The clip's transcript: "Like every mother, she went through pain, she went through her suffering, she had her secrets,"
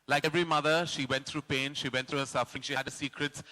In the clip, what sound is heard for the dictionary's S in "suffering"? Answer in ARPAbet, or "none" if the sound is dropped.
S